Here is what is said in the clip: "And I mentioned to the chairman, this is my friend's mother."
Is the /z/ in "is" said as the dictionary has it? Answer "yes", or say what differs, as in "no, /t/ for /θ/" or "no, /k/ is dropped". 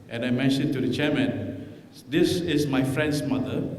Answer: no, /s/ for /z/